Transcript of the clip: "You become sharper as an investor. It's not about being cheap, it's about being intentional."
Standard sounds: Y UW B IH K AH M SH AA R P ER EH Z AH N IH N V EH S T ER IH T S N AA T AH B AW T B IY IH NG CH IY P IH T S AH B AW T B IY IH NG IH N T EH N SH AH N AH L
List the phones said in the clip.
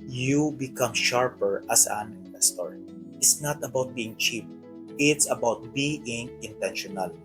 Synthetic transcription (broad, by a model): Y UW B IH K AH M SH AA R P ER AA S AH N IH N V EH S T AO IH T S N AA T AH B AW T B IY IH NG CH IY P IH T S AH B AW T B IY IH NG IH N T EH N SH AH N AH L